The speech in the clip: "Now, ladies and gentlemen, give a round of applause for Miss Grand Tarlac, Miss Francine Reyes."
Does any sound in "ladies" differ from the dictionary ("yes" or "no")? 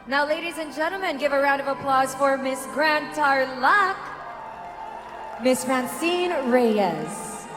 no